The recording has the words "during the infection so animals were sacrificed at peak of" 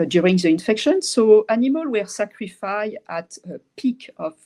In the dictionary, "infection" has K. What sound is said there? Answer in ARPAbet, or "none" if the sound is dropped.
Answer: K